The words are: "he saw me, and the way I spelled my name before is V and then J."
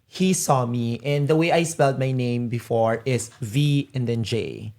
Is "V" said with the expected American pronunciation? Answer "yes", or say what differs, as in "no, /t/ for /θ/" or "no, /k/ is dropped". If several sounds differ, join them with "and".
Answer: yes